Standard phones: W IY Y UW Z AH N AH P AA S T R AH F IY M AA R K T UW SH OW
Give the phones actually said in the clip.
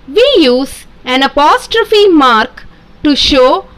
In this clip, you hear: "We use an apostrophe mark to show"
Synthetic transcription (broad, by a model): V IY Y UW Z AH N AH P AA S T R AH F IY M AA R K T UW SH OW